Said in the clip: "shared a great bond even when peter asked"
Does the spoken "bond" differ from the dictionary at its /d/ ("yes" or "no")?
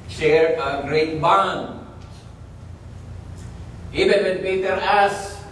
yes